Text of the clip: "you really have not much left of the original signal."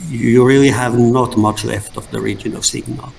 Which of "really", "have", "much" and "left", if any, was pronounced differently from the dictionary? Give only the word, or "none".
none